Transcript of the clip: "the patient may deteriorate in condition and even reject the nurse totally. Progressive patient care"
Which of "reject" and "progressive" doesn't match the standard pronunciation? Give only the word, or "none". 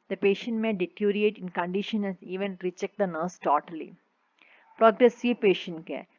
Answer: reject